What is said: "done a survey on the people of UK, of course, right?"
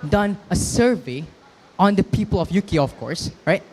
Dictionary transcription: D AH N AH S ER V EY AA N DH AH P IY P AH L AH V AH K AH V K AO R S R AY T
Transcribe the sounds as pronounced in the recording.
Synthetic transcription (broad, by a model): D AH N AH S ER V EY AA N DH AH P IY P AH L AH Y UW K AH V K AO R S R AY T